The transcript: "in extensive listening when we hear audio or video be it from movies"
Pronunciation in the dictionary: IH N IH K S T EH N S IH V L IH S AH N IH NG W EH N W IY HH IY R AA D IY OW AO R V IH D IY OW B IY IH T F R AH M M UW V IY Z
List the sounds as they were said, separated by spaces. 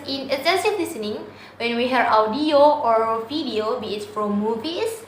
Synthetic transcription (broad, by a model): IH N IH S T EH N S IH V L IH S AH N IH NG W EH N W IY HH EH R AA D IY OW AO R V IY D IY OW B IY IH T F R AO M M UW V IY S